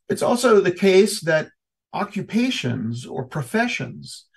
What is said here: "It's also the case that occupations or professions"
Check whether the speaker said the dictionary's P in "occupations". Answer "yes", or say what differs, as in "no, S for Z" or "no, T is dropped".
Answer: yes